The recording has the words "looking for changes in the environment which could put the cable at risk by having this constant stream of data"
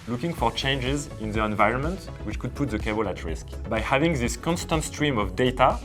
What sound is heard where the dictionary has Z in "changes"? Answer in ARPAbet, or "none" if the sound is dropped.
Z